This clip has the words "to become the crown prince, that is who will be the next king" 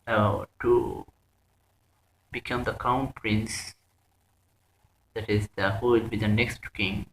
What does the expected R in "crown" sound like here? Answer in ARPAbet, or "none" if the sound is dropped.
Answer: none